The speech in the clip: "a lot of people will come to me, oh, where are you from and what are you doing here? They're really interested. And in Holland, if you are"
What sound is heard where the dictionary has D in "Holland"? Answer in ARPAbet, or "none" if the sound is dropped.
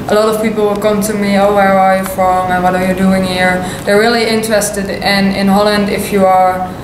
D